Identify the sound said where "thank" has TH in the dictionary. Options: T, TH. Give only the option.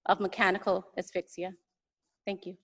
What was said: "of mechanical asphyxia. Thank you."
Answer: TH